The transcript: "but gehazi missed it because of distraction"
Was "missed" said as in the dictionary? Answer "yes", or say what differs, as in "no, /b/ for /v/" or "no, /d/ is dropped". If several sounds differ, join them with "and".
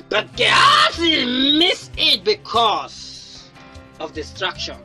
no, /t/ is dropped